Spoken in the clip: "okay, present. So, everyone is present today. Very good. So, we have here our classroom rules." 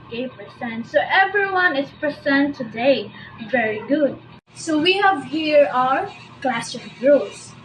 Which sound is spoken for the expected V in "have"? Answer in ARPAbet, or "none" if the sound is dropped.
V